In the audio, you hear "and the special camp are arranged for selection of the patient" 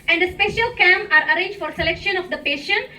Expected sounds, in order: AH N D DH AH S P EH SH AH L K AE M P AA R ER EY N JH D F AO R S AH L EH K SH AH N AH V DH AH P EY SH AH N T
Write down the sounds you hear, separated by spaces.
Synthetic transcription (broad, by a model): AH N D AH S P EH SH AH L K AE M AA R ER EY N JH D F AO R S AH L EH K SH AH N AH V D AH P EY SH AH N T